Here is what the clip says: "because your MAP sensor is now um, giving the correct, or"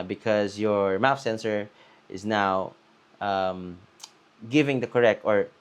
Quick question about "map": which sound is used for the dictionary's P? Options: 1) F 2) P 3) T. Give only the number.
1